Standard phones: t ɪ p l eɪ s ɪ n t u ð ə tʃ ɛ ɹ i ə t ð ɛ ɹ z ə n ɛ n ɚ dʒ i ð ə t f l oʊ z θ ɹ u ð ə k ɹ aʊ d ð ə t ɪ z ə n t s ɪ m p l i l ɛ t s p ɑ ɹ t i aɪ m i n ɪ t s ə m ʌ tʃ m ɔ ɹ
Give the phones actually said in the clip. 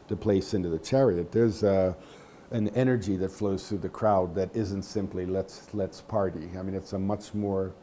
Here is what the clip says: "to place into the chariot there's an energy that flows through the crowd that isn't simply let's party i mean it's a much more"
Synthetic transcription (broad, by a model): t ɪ p l eɪ s ɪ n t u ð ə tʃ ɛ ɹ i ə t ð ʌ ɹ z ə n ɛ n ɚ dʒ i ð ə t f l oʊ z θ ɹ u ð ə k ɹ aʊ d ð ə t ɪ z ə n t s ɪ m p l i l ɛ t s p ɑ ɹ t i aɪ m i n ɪ t s ə m ʌ tʃ m ɔ ɹ